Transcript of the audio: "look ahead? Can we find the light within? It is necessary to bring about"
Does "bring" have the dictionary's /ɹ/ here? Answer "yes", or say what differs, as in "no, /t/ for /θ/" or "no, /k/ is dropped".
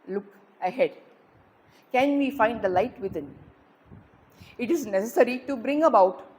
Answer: yes